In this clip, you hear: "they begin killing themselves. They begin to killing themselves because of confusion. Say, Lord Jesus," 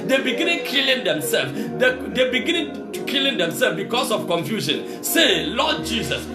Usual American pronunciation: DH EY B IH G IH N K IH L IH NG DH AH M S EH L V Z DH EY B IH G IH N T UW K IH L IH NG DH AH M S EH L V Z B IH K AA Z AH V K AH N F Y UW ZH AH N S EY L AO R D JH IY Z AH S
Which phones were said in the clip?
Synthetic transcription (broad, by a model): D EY B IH G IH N K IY L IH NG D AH M S EH L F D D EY B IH G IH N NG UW K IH L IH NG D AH M S EH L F B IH K AA S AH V K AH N F Y UW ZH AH N S EY L AO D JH IY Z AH S